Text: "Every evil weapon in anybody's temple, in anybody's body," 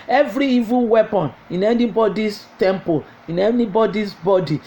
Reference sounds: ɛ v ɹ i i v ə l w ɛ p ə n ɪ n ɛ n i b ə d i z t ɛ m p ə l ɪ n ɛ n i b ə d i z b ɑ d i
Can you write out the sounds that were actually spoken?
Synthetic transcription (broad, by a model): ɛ v ɹ i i v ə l w ɛ p ə n ɪ n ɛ n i b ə d i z t ɛ m p ə l ɪ n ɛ n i b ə d i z b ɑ d i